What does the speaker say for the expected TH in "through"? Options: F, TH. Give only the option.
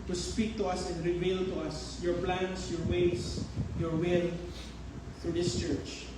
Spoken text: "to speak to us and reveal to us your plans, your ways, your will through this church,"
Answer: F